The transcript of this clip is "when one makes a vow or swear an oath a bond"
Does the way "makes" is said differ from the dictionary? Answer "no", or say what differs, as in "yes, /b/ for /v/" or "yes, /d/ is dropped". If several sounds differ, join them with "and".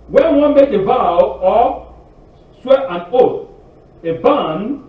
yes, /s/ is dropped